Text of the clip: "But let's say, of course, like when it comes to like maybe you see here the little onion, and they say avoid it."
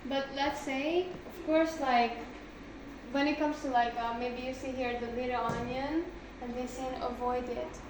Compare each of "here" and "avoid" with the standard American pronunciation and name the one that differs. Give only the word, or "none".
none